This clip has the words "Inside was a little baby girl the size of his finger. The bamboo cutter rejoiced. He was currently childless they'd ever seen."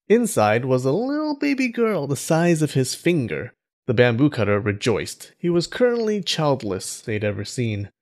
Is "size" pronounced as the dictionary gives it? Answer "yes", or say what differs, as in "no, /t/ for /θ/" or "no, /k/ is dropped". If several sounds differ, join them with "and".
yes